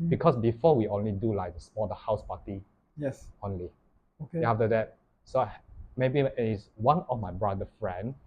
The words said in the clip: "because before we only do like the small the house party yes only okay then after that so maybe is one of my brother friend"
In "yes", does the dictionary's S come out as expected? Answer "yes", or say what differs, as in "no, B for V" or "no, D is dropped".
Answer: yes